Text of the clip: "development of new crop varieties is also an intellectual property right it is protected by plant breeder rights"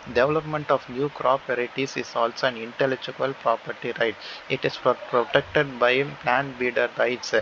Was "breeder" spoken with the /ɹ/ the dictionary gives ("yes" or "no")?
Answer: no